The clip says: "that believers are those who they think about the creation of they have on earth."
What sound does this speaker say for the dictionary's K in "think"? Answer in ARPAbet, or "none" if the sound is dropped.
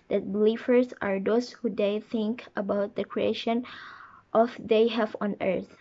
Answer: K